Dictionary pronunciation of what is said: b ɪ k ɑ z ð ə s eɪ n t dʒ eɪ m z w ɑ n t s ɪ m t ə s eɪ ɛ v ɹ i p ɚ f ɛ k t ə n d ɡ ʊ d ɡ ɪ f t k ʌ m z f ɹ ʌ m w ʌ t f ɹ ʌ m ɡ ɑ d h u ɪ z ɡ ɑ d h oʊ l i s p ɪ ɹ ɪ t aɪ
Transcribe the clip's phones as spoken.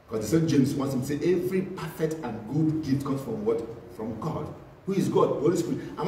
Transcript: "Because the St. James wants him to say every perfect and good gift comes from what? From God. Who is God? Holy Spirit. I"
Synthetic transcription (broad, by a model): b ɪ k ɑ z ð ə s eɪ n dʒ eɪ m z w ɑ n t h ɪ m s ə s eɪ ɛ v ɹ i p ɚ f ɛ k t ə n ɡ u d ɡ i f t k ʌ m s f ɹ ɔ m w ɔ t f ɹ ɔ m ɡ ɑ d h u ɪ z ɡ ɑ d h oʊ l i s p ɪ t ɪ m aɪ